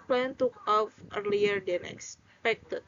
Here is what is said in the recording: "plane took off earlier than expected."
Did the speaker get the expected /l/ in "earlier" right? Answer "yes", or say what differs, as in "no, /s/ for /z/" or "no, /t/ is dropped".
yes